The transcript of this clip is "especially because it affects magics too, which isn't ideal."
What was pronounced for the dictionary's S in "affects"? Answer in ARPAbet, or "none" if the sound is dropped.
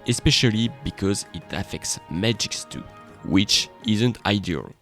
S